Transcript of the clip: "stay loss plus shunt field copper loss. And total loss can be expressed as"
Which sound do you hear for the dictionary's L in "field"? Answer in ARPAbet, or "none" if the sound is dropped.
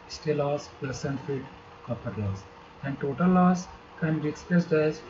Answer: none